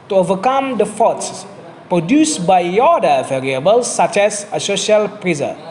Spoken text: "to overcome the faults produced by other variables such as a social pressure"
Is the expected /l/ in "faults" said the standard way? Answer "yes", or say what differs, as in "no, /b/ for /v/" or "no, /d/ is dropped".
no, /l/ is dropped